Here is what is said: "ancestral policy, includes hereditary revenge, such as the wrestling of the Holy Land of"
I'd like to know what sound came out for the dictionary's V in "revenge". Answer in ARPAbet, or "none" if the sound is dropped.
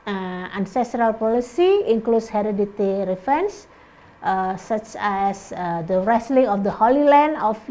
F